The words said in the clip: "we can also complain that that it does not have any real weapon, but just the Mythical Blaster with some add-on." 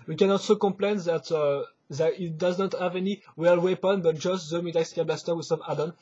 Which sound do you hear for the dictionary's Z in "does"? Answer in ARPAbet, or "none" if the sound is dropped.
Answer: Z